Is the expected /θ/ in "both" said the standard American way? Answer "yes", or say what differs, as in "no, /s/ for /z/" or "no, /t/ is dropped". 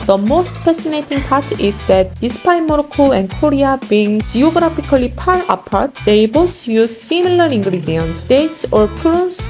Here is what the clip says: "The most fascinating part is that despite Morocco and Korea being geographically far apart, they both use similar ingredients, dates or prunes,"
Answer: no, /s/ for /θ/